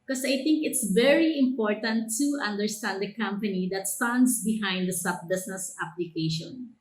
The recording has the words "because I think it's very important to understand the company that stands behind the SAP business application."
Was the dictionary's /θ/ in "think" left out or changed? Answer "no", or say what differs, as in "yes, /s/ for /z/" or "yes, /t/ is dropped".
yes, /t/ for /θ/